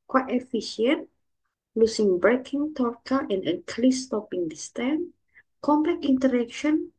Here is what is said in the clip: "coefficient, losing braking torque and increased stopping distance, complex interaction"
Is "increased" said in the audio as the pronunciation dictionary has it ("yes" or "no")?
no